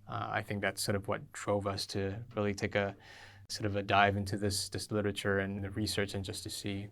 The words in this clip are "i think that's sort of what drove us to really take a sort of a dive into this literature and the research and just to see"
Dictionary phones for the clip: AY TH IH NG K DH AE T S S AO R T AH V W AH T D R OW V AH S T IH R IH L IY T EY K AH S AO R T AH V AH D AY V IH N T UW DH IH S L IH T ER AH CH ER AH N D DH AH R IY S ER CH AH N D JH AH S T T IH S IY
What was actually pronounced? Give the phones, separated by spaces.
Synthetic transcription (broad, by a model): AY TH IH NG K DH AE T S S AO R T AH V W AH T D R OW V AH S T IH R IH L IY T EY K AH S AO R T AH V AH D AY V IH N T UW DH IH S L IH T ER AH CH ER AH N DH AH R IY S ER CH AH N JH AH S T T IH S IY